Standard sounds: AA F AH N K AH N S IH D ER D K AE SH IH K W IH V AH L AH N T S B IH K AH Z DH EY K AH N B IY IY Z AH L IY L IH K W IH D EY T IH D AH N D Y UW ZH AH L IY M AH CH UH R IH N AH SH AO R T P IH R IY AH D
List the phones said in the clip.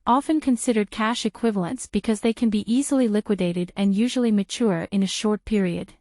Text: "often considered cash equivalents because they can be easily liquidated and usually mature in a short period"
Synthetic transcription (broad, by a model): AA F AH N K AH N S IH D ER D K AE SH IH K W IH V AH L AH N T S B IH K AH Z DH EY K AH N B IY IY Z L IY L IH K W IH D EY T IH D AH N Y UW ZH L IY M AH CH UH R IH N AH SH AO R T P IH R IY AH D